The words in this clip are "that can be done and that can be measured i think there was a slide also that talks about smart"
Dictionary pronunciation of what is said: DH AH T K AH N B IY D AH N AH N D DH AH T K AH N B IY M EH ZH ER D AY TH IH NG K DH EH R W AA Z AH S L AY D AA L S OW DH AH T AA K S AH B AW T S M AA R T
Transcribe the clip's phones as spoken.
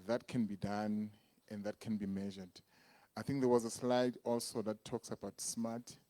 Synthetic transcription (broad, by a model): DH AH T K AH N B IY D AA N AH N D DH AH T K AH N B IY M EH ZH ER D AY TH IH NG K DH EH W AA Z AH S L AY D AA L S OW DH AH T AA K S AH B AW T S M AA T